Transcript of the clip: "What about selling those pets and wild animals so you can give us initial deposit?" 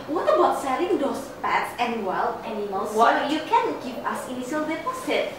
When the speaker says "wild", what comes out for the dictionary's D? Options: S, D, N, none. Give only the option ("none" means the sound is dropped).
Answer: none